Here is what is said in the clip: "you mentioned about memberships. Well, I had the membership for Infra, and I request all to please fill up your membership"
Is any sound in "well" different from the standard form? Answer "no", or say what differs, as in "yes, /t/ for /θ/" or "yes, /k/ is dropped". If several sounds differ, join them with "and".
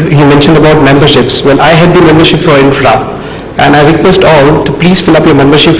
yes, /n/ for /l/